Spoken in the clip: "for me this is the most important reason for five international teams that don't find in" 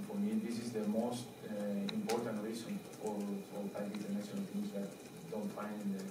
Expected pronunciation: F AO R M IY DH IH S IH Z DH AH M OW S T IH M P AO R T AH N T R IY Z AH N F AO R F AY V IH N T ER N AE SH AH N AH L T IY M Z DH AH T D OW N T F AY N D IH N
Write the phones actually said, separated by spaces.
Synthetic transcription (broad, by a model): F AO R M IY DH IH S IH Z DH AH M OW S T IH M P AO R T AH N T R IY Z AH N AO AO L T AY P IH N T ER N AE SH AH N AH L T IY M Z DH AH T D OW N T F AY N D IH